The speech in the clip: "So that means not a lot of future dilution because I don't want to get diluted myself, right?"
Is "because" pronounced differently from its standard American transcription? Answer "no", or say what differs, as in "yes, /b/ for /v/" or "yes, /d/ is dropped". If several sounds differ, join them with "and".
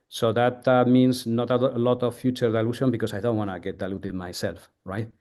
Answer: yes, /s/ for /z/